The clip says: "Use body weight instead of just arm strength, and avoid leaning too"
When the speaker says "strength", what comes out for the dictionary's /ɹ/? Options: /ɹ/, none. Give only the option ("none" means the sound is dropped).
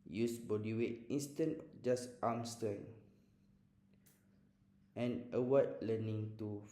none